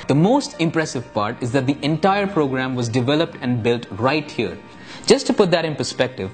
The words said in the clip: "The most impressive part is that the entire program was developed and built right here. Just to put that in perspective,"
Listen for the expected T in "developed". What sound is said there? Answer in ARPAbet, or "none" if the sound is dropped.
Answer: T